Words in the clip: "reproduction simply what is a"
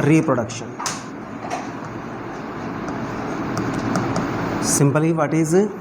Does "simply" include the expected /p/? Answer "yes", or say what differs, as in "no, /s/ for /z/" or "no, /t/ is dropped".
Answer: no, /b/ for /p/